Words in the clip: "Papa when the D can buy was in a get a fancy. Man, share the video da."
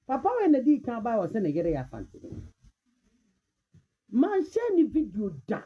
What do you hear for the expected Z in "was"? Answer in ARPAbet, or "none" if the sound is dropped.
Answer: S